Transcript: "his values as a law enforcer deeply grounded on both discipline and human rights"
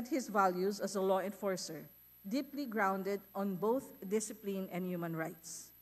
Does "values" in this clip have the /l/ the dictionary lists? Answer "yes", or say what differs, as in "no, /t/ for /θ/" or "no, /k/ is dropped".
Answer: yes